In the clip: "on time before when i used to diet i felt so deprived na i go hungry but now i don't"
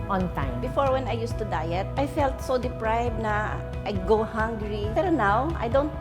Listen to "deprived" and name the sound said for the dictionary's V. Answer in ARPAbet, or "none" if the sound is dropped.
B